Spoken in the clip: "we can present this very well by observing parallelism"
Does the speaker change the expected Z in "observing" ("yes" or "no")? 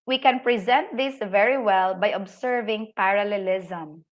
yes